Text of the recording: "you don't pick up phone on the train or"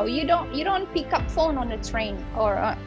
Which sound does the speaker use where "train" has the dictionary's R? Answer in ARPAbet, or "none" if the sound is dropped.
R